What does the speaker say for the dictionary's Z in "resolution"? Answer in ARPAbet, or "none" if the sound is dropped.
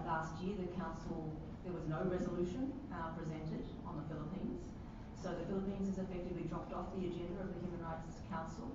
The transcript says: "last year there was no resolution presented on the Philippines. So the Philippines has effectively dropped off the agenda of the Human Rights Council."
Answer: Z